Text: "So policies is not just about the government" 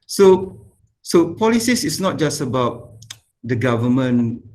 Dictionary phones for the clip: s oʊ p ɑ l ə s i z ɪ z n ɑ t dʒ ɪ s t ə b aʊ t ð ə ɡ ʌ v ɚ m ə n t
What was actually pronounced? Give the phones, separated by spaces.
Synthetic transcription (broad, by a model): s oʊ p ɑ l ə s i s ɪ s n ɑ t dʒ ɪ s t ə b aʊ t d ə ɡ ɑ v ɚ m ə n